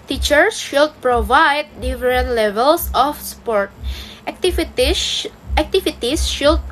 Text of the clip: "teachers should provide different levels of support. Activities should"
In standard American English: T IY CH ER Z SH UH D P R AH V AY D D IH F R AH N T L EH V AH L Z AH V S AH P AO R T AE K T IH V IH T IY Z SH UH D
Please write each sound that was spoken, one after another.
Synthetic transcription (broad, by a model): T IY CH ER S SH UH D P R AH V AY D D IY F R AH N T L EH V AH L S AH F S P AO R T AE K T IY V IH T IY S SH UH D